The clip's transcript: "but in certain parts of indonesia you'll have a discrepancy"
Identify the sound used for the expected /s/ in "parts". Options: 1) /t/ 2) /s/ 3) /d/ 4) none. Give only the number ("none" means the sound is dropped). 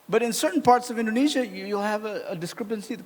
2